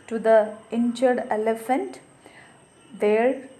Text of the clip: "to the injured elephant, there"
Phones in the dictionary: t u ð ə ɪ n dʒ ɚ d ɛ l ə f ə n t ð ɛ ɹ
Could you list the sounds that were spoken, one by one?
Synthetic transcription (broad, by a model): t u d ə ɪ n tʃ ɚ d ɛ l ə f ə n t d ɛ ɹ